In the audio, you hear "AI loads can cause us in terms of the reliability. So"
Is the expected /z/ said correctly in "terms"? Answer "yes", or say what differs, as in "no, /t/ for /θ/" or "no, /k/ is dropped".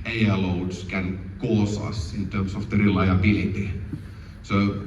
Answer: no, /s/ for /z/